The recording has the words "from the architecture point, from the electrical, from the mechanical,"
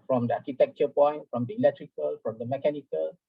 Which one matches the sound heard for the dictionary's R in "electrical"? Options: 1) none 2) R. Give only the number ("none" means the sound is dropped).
2